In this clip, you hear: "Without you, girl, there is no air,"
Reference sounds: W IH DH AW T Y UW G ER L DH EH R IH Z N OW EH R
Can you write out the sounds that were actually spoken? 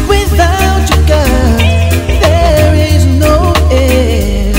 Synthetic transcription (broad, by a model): W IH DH AW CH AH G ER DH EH R IH Z N OW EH